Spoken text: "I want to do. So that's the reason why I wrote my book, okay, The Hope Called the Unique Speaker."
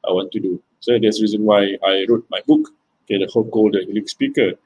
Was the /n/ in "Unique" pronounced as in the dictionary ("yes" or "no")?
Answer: no